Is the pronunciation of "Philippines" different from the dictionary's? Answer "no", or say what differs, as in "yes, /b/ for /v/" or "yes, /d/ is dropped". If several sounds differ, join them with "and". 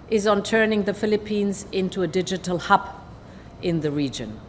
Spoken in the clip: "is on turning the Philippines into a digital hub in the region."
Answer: no